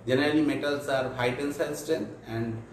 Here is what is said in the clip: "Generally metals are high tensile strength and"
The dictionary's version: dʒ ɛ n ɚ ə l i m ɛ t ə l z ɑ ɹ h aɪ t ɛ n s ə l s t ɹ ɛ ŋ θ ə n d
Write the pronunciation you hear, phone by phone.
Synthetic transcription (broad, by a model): dʒ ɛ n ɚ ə l i m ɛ t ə l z ɑ ɹ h aɪ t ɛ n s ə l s t ɛ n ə n d